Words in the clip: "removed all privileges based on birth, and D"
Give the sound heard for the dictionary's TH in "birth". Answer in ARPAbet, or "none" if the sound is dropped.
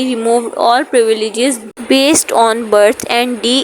T